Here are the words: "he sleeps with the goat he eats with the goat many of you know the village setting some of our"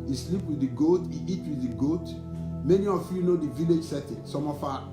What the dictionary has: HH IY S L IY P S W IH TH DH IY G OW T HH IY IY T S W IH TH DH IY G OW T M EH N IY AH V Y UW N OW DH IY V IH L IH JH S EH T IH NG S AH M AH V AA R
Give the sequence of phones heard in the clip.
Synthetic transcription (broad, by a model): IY S L IY P W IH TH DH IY G OW T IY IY T W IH DH IY G OW T M EH N IY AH F Y UW N OW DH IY V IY L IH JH S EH T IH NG S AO M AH F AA